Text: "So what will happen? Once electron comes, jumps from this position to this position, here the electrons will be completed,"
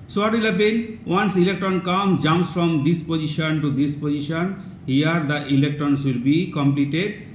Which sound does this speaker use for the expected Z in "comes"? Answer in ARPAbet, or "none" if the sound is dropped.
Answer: none